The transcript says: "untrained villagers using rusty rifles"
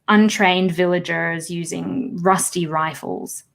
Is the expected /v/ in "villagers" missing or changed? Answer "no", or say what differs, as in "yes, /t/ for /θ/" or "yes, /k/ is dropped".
no